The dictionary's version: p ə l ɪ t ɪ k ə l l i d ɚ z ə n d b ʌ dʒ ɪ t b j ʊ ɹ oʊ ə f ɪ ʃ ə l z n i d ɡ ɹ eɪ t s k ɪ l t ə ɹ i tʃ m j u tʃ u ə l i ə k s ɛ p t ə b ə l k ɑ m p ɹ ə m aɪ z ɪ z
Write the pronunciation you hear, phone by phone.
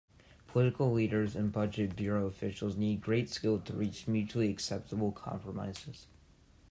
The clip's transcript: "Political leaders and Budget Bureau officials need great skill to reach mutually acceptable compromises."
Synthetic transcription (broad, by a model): p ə l ɪ t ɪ k l l i d ɚ z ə n b ʌ dʒ ɪ t b j ʊ ɹ oʊ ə f ɪ ʃ l z n i d ɡ ɹ eɪ t s k ɪ l t ə ɹ i tʃ m j u tʃ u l i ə k s ɛ p t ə b l k ɑ m p ɹ ə m aɪ z ɪ z